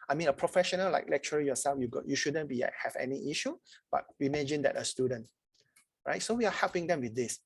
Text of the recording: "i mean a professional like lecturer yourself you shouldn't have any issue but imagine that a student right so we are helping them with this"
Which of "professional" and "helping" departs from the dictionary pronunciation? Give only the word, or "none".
none